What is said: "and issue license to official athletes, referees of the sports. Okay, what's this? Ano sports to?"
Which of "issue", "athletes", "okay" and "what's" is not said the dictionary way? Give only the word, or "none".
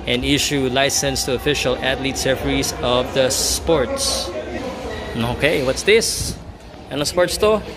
athletes